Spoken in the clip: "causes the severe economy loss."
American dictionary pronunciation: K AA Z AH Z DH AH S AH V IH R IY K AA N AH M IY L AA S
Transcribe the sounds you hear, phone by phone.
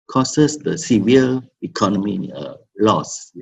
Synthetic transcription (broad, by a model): K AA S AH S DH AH S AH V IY L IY K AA N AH M IY L AA S